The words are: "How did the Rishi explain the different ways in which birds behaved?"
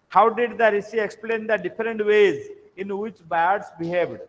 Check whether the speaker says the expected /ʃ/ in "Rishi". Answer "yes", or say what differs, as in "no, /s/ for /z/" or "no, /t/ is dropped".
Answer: no, /s/ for /ʃ/